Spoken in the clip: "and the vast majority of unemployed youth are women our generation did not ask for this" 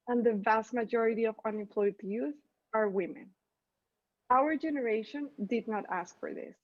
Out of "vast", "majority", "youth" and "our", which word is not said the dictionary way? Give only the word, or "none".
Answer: none